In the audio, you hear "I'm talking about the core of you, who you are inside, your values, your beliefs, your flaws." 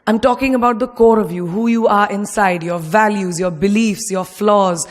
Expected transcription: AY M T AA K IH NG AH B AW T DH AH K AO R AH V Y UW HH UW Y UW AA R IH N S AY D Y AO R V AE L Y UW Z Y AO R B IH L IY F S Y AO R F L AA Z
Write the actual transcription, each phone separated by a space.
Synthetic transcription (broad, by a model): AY M T AA K IH NG AH B AW T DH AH K AO R AH V Y UW HH UW Y UW AA R IH N S AY D Y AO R V AE L Y UW Z Y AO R B IH L IY F S Y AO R F L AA Z